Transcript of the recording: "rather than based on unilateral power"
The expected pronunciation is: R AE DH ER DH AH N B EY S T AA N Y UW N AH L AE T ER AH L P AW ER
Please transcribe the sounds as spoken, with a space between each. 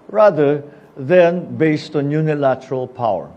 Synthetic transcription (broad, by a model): R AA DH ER DH AH N B EY S T AA N Y UW N AH L AE T ER AH L P AW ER